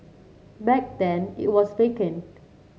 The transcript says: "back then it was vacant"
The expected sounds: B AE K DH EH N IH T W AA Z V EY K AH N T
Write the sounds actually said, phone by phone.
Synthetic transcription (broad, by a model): B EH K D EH N IH T W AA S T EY K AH N